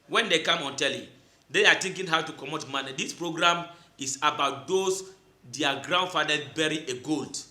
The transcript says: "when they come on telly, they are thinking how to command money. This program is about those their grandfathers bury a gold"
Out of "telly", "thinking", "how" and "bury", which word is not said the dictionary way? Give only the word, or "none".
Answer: thinking